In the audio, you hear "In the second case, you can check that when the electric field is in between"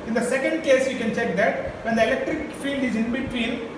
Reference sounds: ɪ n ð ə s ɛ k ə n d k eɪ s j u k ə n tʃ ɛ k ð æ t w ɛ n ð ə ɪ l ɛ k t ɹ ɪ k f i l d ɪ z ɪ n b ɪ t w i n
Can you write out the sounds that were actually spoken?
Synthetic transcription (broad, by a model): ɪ n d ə s ɛ k ə n d k eɪ s j u k ə n tʃ ɛ k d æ t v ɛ n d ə ɪ l ɛ k t ɹ ɪ k f i l d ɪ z ɪ n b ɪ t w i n